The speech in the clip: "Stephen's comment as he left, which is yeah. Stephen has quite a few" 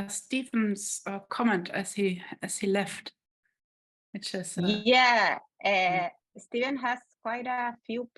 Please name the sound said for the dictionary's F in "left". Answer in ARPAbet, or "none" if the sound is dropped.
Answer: F